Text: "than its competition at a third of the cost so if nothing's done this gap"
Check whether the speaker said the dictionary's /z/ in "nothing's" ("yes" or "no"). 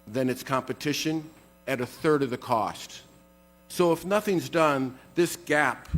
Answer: yes